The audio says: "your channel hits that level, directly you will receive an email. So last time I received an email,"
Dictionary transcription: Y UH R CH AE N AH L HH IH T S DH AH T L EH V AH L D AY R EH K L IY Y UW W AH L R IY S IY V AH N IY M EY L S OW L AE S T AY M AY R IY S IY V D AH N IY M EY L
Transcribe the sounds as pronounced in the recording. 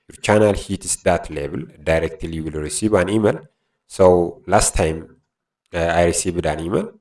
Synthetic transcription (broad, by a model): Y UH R CH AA N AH L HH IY T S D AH T L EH B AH L D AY R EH K L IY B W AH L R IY S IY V AH N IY M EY L S OW L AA S T AY M AY R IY S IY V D AH N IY M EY L